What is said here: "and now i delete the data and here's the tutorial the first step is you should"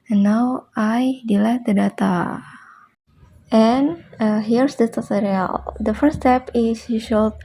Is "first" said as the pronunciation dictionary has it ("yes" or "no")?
no